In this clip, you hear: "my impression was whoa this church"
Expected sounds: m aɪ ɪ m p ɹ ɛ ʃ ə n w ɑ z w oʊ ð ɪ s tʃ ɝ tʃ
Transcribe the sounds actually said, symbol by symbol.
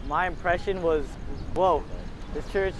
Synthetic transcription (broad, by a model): m aɪ ɪ m p ɹ ɛ ʃ ə n w ɑ z w oʊ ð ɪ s tʃ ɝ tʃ